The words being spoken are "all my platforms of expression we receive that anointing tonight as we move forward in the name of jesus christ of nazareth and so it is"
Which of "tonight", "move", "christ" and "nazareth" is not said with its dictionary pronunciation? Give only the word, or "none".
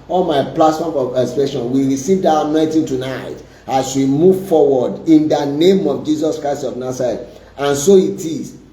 nazareth